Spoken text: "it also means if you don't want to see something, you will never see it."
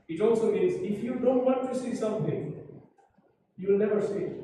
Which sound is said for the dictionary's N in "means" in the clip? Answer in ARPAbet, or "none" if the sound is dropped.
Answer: none